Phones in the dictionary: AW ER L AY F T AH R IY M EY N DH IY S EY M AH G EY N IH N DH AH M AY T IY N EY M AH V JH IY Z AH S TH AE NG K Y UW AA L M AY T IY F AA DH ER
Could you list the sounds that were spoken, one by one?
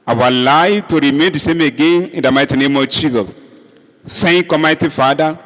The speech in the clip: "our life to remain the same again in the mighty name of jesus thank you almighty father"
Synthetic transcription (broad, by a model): AW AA L AY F T AH R IY M EY N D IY S EY M AH G EY N IH N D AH M AY T IY N EY M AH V JH IY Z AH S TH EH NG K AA M AY T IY F AA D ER